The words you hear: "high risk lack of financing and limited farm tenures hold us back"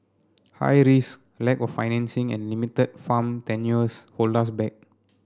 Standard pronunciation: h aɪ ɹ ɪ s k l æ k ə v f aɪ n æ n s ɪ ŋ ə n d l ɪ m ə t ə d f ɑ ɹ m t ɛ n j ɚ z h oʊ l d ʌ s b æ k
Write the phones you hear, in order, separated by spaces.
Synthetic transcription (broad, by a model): h aɪ ɹ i s l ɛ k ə f aɪ n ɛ n s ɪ ŋ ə n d l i m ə t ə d f ɑ m t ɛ n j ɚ s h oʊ l ɑ s b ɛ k